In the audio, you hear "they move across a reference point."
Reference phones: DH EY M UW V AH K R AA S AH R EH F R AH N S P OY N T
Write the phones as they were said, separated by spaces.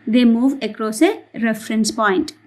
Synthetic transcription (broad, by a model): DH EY M UW V AH K R AA S AH R EH F R AH N S P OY N T